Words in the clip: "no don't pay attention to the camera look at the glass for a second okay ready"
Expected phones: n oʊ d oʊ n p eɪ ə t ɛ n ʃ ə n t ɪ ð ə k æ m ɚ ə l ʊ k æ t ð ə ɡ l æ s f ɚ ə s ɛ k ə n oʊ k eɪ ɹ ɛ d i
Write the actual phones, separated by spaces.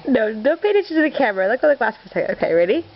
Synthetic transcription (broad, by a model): n oʊ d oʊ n p eɪ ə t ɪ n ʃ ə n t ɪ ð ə k æ m ɚ ə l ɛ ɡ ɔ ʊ ð ə ɡ l æ s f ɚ ə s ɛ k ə ʊ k eɪ ɹ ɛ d i